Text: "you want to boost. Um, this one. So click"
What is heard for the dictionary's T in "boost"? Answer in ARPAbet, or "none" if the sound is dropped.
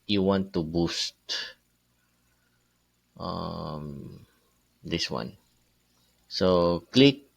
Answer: T